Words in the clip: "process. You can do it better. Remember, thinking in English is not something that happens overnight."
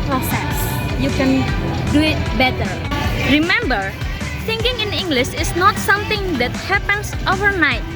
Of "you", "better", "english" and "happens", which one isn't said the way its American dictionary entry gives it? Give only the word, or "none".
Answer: happens